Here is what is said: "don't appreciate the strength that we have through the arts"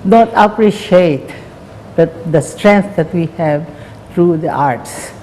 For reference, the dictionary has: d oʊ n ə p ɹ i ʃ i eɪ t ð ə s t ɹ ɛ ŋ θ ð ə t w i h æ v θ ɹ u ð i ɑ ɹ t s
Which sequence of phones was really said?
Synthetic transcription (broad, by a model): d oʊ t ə p ɹ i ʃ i eɪ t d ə s t ɹ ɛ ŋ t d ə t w i h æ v t ɹ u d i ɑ ɹ t s